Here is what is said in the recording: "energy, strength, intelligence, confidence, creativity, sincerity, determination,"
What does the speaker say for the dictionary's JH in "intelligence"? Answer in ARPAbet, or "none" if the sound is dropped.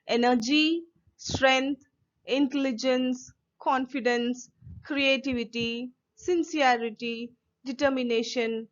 JH